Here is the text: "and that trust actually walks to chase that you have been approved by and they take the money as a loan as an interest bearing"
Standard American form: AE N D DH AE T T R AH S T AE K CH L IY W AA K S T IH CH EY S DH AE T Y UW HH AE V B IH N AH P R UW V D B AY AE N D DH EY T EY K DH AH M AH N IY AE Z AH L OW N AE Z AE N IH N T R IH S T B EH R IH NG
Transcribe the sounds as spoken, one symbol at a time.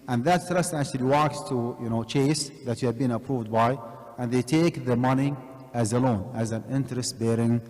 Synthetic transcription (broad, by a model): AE N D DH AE T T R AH S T AE K CH L IY W AA K S T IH CH EY S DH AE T Y UW HH AE V B IH N AH P R UW V D B AY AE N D DH EY T EY K DH AH M AH N IY AE Z AH L OW N AE Z AE N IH N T R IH S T B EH R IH NG